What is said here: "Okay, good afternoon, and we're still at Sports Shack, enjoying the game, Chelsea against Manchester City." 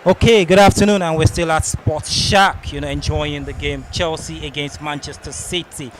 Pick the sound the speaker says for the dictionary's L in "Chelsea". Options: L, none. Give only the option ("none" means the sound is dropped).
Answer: L